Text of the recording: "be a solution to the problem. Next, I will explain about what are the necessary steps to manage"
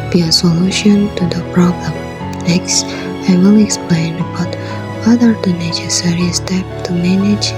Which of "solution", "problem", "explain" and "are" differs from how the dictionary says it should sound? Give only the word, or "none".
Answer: none